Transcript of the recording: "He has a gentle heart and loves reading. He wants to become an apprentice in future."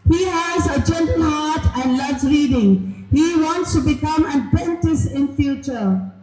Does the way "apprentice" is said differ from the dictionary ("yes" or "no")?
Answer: yes